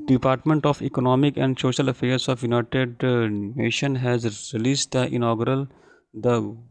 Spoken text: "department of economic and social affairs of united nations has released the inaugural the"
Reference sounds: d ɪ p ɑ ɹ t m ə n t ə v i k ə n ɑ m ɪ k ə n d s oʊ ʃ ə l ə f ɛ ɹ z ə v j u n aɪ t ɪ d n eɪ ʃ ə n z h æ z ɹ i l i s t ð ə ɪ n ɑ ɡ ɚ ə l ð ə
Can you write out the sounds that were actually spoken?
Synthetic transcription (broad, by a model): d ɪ p ɑ ɹ t m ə n t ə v i k ə n ɑ m ɪ k ə n d s oʊ ʃ ə l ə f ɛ ɹ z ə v j u n aɪ t ɪ d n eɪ ʃ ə n h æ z ɹ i l i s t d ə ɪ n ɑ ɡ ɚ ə l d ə